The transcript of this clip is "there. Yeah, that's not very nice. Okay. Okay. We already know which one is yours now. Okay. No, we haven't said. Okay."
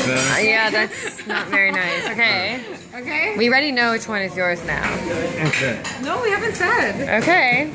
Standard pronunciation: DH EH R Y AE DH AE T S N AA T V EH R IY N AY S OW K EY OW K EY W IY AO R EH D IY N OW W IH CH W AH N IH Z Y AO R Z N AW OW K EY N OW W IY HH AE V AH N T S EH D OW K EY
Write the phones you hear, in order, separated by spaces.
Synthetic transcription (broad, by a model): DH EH Y AE DH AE T S N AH T V EH R IY N AY S OW K EY OW K EY W IY R EH D IY N OW W IH CH W AH N IH Z Y AO R Z N AW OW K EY N OW W IY HH AE V AH N T S EH D OW K EY